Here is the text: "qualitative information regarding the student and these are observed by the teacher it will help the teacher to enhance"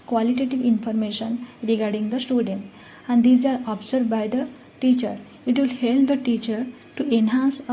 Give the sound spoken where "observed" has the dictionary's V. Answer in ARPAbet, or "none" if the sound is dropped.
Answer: none